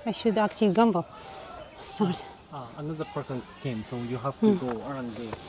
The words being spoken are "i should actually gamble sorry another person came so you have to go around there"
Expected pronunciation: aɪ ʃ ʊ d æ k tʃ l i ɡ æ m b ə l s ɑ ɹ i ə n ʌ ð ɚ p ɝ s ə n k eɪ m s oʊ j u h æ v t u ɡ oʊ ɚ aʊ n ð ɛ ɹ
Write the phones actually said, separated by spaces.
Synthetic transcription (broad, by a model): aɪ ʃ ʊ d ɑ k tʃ i ɡ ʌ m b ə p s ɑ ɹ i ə n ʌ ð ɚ p ɝ s ə n k eɪ m s oʊ j u h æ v t u ɡ oʊ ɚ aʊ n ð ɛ